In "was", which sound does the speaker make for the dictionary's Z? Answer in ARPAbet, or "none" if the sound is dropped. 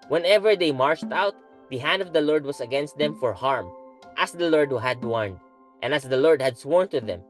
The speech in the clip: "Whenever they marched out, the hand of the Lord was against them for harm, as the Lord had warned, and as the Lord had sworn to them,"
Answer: S